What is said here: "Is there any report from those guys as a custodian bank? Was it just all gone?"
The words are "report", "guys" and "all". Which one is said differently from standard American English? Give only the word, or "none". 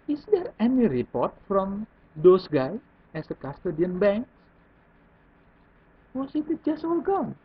guys